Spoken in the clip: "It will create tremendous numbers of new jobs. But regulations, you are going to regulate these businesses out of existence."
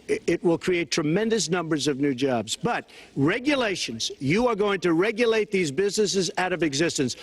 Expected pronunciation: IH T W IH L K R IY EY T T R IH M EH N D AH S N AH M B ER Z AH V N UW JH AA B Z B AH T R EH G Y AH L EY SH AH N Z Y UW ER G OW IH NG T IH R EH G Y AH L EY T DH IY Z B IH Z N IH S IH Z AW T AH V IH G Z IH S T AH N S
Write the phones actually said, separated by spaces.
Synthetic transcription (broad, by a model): IH T W IH L K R IY EY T T R IH M EH N D AH S N AH M B ER Z AH V N UW JH AA B Z B AH T R EH G Y AH L EY SH AH N Z Y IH ER G OW IH NG T IH R EH G Y AH L EY T DH IY Z B IH Z N IH S IH Z AW T AH V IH G Z IH S T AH N S